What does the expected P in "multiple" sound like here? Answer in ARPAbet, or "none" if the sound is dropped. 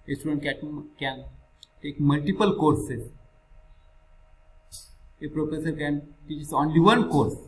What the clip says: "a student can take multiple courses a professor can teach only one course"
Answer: P